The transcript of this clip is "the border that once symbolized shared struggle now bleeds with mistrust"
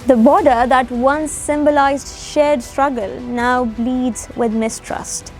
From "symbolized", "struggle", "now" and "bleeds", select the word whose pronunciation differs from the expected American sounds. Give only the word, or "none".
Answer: none